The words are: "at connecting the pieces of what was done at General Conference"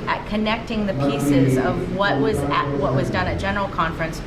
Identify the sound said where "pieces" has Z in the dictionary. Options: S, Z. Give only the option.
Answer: Z